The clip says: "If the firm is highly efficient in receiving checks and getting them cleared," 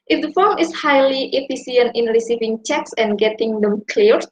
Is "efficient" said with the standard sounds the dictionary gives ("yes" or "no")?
no